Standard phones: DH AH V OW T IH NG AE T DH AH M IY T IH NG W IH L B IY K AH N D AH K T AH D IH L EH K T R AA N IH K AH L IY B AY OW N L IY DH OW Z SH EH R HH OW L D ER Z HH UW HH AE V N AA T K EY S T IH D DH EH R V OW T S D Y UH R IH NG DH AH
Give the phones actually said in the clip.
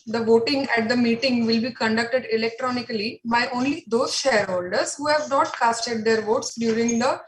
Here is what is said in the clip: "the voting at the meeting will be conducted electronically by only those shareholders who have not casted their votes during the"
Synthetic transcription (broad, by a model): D AH V OW T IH NG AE T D AH M IY T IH NG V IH L B IY K AH N D AH K T AH D IH L EH K T R AA N IH K AH L IY B AY OW N L IY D OW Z SH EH R HH OW L D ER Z HH UW HH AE V N AA T K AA S T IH D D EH R V OW T S D Y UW R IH NG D AH